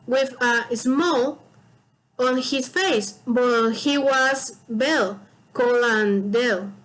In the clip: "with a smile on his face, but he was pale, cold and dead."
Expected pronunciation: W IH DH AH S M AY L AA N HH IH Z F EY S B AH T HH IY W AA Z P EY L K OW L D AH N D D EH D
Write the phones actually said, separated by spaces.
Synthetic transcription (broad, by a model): W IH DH AH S M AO L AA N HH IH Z F EY S B AH T HH IY W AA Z B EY L K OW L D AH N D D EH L